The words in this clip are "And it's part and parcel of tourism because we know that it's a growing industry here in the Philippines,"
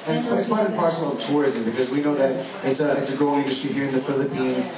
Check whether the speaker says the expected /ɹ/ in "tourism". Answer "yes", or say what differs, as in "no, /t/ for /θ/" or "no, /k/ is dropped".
yes